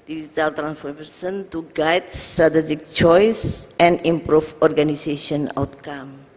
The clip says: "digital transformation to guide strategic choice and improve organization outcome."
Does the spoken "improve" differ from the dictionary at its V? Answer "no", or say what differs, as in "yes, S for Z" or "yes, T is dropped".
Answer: yes, F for V